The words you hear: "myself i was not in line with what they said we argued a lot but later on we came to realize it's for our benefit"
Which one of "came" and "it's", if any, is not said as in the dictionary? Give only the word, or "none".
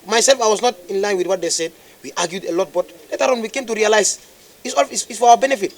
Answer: it's